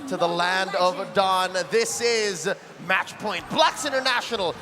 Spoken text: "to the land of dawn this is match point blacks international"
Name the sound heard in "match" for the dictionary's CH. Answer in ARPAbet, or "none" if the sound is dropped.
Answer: CH